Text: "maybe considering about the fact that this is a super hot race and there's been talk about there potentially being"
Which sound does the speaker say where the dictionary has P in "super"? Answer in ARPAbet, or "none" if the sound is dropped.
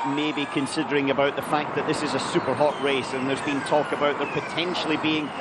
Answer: P